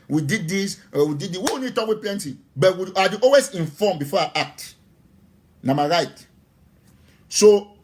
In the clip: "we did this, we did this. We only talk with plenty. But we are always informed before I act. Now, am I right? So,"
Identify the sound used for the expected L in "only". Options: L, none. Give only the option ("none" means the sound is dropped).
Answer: none